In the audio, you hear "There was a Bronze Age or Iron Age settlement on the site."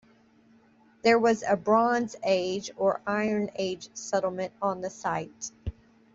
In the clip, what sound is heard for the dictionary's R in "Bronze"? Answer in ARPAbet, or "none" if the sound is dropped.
R